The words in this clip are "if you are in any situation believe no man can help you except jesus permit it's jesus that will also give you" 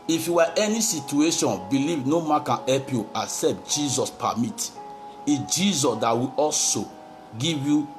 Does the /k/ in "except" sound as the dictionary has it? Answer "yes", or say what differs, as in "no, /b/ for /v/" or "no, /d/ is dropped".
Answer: no, /k/ is dropped